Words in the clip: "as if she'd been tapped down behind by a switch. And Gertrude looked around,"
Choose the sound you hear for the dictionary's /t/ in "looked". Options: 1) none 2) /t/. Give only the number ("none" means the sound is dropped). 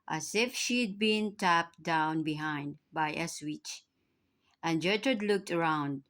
2